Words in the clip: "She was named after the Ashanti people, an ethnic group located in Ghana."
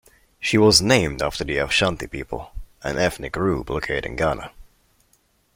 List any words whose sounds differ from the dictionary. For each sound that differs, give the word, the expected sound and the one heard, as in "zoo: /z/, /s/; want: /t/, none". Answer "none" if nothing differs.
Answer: group: /p/, /b/